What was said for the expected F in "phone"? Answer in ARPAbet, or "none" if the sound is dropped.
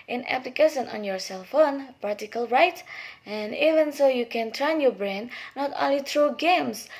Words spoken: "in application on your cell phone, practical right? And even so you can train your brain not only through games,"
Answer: F